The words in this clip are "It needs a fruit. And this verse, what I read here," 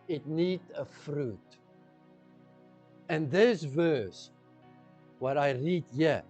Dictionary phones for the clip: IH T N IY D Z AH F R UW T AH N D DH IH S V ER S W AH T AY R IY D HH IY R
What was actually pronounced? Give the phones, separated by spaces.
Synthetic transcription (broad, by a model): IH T N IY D AH F R UW T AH N DH IH S V ER S W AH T AY R IY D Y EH